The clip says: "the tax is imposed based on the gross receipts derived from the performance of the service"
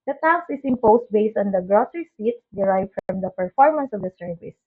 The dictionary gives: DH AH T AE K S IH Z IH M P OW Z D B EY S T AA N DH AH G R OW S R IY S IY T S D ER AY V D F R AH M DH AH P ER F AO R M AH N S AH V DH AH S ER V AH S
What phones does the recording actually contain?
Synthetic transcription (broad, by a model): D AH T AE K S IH S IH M P OW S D B EY S T AA N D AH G R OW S R IY S IY T S D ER AY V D F R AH M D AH P ER F AO R M AH N S AH V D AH S ER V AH S